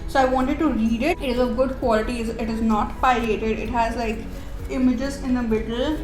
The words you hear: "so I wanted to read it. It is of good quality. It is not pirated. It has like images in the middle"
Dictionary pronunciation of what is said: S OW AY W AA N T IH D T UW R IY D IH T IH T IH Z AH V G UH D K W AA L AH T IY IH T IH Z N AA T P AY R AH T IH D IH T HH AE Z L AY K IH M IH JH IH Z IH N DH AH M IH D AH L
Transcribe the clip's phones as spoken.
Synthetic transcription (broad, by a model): S OW AY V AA N T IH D T UW R IY D IH T IH T IH Z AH G UH D K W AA L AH T IY IH T IH Z N AA T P AY L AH T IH D IH T HH AE Z L AY K IH M IH JH IH Z IH N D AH M IH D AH L